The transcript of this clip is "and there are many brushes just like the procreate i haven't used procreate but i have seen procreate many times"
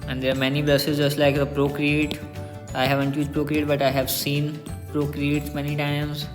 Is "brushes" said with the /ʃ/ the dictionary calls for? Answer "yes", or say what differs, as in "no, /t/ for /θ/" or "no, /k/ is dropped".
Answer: no, /s/ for /ʃ/